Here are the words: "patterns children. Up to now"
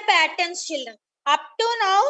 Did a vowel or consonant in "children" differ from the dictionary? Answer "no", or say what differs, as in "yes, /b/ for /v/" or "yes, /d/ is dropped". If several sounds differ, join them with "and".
yes, /ɹ/ is dropped